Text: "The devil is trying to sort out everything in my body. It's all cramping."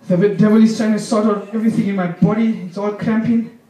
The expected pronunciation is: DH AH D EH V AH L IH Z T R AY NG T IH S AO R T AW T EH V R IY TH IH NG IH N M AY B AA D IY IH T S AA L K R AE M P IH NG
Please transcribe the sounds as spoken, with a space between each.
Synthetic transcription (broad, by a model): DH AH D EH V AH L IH S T AY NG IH S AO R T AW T EH V R IY TH IH NG IH N M AY B AA D IY IH T S AA L K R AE M P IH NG